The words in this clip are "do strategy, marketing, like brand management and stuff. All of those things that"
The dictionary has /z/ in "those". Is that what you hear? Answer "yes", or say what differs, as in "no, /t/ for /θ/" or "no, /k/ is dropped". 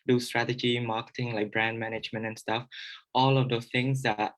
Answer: no, /z/ is dropped